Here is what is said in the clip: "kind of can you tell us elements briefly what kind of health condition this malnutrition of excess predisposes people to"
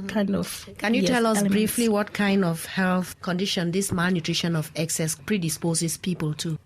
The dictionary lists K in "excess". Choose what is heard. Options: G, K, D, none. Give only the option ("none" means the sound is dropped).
K